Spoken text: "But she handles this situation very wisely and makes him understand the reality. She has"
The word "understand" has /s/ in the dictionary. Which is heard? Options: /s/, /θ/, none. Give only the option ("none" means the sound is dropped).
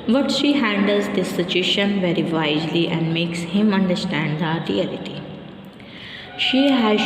/s/